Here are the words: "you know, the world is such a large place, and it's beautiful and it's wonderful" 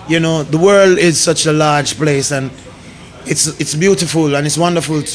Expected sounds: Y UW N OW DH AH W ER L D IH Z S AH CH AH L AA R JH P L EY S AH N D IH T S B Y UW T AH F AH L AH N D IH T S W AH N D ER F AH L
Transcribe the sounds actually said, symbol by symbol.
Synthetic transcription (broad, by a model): Y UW N OW DH AH W ER L D IH Z S AH CH AH L AA R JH P L EY S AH N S IH T S B Y UW T AH F AH L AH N IH T S W AH N D ER F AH L